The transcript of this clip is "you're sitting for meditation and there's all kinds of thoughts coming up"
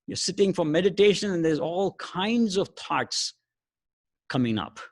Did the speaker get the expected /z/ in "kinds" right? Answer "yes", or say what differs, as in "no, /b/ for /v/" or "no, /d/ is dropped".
yes